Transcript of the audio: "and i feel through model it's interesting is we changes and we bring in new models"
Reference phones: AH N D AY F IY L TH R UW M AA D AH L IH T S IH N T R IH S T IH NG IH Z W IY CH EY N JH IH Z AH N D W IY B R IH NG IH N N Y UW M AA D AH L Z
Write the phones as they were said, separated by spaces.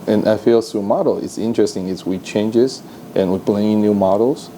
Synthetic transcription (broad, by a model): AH N AY F IY L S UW M AA D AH L IH T S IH N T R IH S T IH NG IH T W IY CH EY N JH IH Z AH N W IY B L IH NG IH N N Y UW M AA D L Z